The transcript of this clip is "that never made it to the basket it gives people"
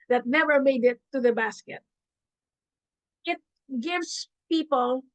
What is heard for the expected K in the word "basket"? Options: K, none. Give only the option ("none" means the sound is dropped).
K